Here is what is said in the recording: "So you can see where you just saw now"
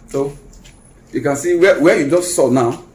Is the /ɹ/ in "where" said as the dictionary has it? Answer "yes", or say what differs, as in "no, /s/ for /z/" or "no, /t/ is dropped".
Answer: no, /w/ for /ɹ/